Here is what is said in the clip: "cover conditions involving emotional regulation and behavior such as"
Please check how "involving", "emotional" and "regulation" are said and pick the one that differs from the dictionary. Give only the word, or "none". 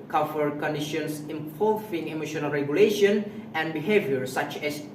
involving